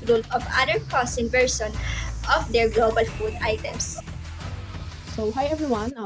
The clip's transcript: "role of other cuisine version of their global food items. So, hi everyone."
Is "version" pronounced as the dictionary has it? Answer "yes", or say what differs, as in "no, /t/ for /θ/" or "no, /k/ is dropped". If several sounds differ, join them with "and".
no, /s/ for /ʒ/